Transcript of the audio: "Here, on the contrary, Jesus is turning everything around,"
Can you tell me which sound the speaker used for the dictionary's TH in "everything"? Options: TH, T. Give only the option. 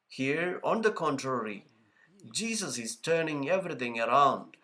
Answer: T